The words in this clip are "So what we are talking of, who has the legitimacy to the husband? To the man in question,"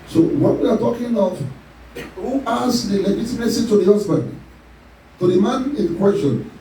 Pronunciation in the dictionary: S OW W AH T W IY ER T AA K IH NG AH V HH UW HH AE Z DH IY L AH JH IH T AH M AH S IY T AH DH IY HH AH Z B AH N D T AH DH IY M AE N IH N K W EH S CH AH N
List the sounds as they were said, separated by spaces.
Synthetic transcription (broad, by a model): S OW W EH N W IY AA T AA K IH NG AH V HH UW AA S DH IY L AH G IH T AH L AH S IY T AH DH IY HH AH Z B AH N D T AH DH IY M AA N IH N K W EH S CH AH N